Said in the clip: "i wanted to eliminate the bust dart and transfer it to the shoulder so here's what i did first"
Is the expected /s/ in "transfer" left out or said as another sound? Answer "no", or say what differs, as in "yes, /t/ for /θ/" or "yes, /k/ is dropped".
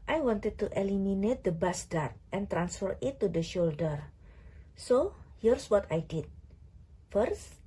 no